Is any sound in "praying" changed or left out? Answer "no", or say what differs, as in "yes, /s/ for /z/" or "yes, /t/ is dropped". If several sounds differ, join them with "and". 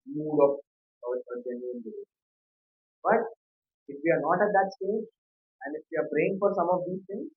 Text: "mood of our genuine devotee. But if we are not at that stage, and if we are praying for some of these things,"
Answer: yes, /b/ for /p/